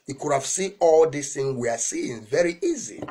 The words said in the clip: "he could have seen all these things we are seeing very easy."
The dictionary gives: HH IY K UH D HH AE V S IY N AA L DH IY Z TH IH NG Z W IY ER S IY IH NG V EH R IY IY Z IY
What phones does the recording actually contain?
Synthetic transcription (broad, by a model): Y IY K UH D HH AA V S IY N AA L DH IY S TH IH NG W IY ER S IY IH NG V EH R IY IY Z IY